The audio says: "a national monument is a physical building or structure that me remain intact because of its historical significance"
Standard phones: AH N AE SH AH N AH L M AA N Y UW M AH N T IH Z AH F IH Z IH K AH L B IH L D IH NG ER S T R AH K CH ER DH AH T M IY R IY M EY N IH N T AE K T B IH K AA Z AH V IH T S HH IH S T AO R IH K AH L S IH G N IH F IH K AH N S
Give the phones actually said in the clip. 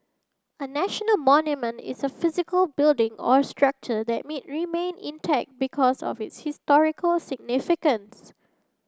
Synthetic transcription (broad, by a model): AH N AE SH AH N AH L M AA N Y UW M AH N T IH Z AH F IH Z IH K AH L B IH L D IH NG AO S T R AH K CH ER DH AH T M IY R IY M EY N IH N T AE K T B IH K AA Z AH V IH T S HH IH S T AO R IH K AH L S IH G N IH F IH K AH N S